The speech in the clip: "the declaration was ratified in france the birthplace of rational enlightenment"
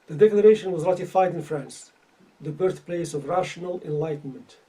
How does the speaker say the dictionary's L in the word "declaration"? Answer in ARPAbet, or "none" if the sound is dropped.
L